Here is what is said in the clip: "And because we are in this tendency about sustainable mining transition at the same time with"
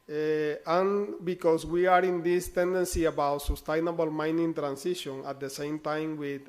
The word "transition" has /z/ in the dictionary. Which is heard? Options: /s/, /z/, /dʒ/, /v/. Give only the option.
/s/